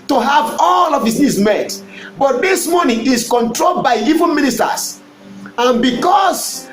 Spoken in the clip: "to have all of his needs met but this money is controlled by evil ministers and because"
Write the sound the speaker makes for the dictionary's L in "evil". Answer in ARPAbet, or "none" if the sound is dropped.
N